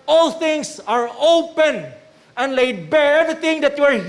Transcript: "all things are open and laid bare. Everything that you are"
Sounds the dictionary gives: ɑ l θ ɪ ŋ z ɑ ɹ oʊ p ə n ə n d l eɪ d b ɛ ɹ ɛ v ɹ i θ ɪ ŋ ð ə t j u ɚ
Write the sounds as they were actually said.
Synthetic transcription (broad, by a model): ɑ l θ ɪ ŋ s ɑ ɹ oʊ p ə n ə n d l eɪ d b ɛ ɹ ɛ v i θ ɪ ŋ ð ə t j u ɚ